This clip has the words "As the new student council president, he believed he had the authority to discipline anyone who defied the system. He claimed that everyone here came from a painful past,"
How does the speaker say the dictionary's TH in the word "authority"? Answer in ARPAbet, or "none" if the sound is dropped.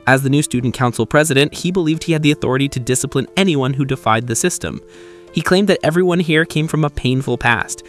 TH